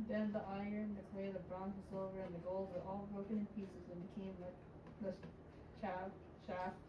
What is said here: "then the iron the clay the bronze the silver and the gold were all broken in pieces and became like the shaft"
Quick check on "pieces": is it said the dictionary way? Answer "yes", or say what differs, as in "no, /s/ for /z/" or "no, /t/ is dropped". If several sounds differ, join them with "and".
yes